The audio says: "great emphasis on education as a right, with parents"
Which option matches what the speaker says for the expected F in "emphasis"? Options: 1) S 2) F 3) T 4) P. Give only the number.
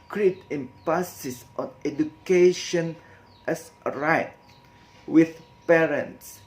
4